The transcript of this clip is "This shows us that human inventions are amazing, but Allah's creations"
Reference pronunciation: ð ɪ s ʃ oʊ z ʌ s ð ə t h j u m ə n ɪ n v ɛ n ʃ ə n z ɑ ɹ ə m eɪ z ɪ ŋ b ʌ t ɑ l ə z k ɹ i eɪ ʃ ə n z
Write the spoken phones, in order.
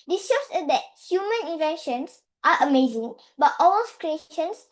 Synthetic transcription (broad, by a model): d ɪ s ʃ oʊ s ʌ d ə t h j u m ə n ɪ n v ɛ n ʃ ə n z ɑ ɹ ə m eɪ z ɪ ŋ b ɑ t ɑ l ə s k ɹ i eɪ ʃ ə n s